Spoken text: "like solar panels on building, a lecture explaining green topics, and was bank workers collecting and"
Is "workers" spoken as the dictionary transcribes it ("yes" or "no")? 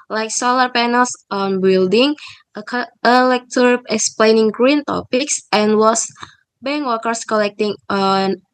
no